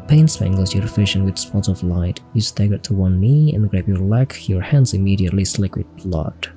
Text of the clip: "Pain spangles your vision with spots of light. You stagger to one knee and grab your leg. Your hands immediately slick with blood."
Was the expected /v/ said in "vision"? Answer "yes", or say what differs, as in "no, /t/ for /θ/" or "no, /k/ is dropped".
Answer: no, /f/ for /v/